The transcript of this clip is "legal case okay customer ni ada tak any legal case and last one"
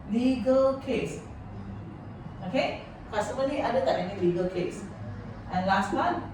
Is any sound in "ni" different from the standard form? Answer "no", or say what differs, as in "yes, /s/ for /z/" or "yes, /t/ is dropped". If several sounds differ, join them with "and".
yes, /l/ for /n/